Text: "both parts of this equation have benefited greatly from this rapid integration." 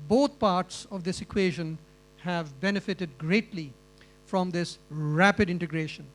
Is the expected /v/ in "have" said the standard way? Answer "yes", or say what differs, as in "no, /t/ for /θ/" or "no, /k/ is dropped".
yes